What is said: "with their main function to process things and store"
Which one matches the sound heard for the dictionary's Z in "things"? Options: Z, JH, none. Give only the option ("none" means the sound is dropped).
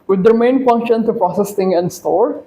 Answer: none